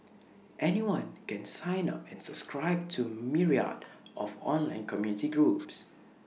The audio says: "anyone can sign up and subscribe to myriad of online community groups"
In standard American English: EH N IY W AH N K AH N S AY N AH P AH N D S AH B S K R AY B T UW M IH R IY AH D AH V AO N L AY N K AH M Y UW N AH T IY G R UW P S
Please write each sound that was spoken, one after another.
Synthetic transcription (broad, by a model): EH N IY W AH N K AH N S AY N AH P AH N S AH B S K R AY B T UW M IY R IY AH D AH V AO N L AY N K AH M Y UW N AH T IY G R UW P S